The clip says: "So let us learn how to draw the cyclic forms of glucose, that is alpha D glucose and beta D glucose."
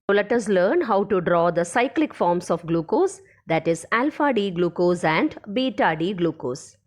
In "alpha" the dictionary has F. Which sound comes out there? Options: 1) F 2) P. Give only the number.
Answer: 1